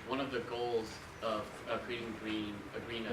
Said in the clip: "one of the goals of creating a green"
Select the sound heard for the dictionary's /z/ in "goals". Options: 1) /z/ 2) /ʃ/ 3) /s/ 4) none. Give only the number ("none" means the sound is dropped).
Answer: 1